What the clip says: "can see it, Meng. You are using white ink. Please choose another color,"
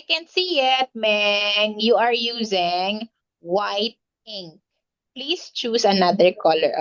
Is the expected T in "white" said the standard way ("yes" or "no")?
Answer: yes